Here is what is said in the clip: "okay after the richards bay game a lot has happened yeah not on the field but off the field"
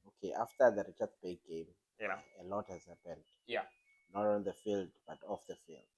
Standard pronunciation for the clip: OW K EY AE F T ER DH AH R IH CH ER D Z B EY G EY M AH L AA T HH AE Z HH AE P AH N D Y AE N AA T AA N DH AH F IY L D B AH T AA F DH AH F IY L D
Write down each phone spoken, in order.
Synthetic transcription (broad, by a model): OW K EY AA F T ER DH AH R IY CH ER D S B EY G EY M AH L AA T HH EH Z HH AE P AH N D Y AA N AA T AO L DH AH F IY L D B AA T AA F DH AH F IY L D